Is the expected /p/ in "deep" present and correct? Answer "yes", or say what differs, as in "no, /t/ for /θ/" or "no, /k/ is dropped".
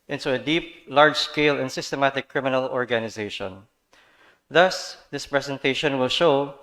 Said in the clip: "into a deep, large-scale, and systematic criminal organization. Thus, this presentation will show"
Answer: yes